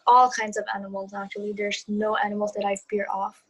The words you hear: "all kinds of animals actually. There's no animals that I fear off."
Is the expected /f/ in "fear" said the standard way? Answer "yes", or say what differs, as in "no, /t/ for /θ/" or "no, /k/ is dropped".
no, /p/ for /f/